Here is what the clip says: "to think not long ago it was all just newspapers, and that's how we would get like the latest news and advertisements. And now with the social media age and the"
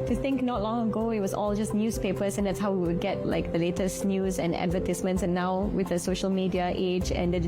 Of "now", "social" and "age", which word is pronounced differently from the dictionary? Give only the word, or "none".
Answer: none